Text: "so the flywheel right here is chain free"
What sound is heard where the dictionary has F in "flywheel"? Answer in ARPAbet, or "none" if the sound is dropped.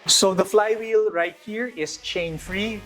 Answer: F